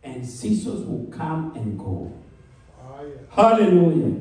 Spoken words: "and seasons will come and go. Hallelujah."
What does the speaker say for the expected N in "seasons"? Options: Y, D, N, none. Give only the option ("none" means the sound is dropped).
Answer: none